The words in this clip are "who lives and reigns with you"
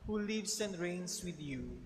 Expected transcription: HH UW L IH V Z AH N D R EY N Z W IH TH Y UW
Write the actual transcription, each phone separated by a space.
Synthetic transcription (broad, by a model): HH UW L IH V S AH N D R EY N S W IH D Y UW